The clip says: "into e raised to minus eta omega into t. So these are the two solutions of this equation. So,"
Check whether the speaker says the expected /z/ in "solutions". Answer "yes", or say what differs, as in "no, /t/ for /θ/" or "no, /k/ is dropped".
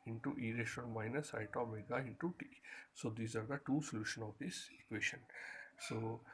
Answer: no, /z/ is dropped